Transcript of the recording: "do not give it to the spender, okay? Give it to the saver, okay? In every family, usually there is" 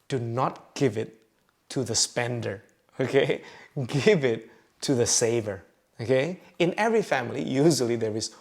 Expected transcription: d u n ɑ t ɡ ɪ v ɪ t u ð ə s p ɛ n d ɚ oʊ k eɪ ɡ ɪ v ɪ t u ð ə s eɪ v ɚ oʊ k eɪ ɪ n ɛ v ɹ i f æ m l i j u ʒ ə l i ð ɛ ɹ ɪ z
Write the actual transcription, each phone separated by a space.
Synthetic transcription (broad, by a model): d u n ɑ t ɡ ɪ v ɪ t u ð ə s p ɛ n d ɚ oʊ k eɪ ɡ ɪ v ɪ t u ð ə s eɪ v ɚ oʊ k eɪ ɪ n ɛ v ɹ i f æ m l i j u ʒ ə l i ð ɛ ɹ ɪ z